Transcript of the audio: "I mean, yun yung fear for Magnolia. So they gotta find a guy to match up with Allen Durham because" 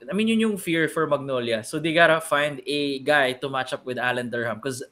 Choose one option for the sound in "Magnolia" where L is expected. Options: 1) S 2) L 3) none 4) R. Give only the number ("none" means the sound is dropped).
2